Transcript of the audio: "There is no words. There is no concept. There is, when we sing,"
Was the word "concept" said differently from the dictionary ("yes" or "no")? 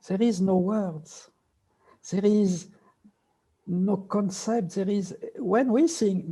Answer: no